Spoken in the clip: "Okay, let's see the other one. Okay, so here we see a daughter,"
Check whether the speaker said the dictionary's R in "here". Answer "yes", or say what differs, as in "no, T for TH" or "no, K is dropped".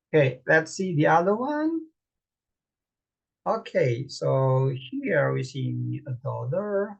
no, L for R